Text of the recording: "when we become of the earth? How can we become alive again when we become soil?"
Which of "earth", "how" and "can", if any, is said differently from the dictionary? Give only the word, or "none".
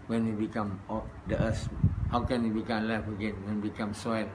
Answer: earth